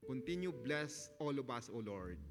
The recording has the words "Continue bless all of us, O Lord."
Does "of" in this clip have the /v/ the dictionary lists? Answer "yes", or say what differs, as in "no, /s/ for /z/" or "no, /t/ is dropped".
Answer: no, /b/ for /v/